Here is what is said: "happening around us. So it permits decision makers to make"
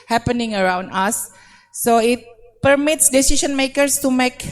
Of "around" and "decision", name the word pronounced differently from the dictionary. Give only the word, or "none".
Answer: decision